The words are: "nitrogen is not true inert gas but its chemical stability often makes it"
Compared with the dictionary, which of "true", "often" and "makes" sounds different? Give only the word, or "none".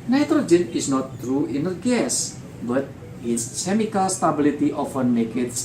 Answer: makes